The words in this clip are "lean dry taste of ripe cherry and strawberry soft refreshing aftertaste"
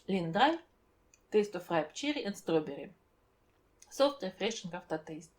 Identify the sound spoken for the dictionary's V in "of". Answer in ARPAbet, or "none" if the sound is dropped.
F